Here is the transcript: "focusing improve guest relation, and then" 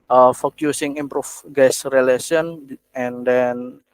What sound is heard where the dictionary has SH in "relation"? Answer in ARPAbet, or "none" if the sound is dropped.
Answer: S